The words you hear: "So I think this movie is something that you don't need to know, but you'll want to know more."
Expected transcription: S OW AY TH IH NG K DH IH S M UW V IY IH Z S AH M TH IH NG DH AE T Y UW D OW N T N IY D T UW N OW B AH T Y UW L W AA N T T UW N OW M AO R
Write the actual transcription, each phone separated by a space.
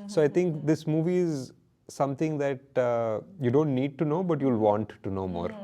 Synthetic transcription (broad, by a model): S OW AY T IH NG K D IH S M UW V IY IH Z S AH M T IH NG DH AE T Y UW D OW N T N IY D T UW N OW B AH T Y UW L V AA N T T UW N OW M AO R